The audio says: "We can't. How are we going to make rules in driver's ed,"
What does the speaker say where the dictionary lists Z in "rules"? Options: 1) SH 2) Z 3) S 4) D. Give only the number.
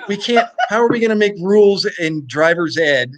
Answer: 2